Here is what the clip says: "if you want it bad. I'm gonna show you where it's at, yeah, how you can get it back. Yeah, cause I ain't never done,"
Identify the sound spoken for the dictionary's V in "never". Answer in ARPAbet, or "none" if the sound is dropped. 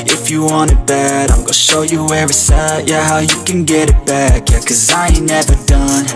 V